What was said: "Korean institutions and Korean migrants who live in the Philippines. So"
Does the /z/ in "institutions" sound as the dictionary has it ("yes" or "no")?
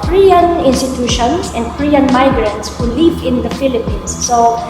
no